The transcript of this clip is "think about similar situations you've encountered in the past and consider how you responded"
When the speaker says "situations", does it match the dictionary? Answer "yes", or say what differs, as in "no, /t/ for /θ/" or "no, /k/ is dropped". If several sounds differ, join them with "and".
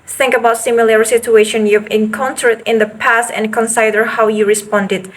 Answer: no, /z/ is dropped